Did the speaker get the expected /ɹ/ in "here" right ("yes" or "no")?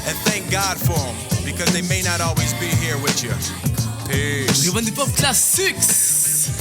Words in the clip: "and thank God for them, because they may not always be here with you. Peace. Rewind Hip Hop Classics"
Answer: yes